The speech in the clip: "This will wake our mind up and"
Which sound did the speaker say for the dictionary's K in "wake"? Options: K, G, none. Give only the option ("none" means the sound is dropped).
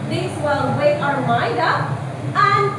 none